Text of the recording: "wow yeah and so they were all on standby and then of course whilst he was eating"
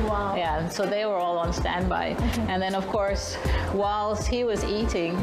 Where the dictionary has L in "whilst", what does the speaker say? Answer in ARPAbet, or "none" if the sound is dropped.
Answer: L